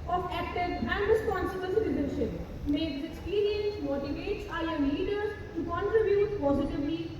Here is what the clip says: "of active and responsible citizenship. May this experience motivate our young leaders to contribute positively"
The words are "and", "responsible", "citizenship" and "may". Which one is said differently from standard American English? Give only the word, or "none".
citizenship